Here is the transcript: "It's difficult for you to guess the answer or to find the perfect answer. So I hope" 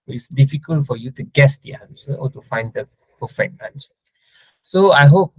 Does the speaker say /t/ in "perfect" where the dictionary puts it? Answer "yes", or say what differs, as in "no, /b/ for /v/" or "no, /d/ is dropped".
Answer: no, /t/ is dropped